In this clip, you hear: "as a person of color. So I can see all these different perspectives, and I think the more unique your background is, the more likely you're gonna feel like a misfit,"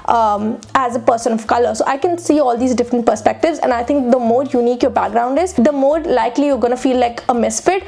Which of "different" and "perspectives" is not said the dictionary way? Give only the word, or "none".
none